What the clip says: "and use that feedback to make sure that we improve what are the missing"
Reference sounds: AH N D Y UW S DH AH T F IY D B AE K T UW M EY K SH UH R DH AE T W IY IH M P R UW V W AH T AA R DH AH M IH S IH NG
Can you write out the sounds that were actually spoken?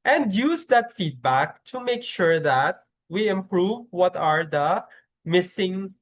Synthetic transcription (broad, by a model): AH N D Y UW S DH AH T F IY D B AE K T UW M EY K SH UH R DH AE T W IY IH M P R UW V W AH T AA R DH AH M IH S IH NG